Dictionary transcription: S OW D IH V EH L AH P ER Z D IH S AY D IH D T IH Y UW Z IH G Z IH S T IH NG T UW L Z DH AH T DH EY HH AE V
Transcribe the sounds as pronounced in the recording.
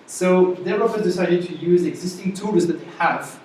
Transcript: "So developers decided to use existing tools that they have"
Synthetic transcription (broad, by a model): S OW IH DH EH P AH F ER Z D IH S AY D IH D T IH Y UW Z IH G Z IH S T IH NG T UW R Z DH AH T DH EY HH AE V